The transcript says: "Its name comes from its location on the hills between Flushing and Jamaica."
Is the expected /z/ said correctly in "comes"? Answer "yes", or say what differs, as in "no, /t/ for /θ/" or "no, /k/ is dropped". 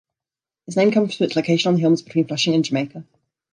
no, /z/ is dropped